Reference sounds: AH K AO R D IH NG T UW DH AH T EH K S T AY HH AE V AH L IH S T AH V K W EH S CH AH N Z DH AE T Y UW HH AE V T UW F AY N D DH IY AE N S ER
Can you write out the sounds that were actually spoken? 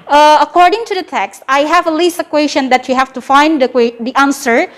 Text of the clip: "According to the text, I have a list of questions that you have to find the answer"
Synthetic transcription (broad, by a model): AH K AO R D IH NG T UW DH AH T EH K S T AY HH AE V AH L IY S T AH K W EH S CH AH N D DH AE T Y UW HH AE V T UW F AY N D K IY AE N S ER